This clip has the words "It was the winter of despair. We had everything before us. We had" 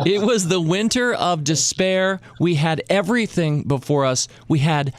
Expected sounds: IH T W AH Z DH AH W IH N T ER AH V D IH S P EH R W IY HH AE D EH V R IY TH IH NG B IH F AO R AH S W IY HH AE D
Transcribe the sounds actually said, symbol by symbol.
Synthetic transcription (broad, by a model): IH T W AH Z DH AH W IH N T ER AH V D IH S P EH R W IY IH D EH V R IY TH IH NG B IH F AO R AH S W IY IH D